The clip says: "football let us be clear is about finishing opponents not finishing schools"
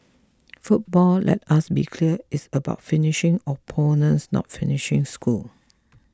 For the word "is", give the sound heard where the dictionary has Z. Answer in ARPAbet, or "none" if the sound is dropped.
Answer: S